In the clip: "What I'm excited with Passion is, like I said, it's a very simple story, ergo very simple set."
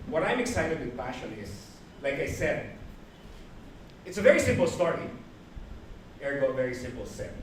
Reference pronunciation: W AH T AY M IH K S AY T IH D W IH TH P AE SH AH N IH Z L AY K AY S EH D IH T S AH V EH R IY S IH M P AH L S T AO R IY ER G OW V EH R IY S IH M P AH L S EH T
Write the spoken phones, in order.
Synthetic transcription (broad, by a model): W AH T AY M IH K S AY T IH D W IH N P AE SH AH N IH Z L AY K AY S EH D IH T S AH V EH R IY S IH M P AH L S T AO R IY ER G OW V EH R IY S IH M P AH L S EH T